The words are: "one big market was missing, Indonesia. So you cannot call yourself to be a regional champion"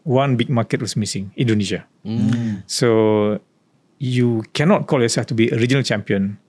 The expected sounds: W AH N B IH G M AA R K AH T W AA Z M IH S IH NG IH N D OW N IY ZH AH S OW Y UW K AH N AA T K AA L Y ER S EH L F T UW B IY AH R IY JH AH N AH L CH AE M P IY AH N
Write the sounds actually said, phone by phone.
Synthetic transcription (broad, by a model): W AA N B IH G M AA K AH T W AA S M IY S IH NG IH N D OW N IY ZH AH S OW Y UW K AH N AA T K AA L Y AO S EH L F T UW B IY AH R IY JH AH N AH L CH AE M P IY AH N